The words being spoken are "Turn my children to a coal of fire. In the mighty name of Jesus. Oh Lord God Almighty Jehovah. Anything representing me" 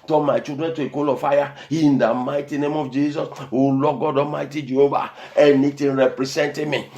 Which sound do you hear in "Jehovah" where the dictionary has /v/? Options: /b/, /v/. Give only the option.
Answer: /b/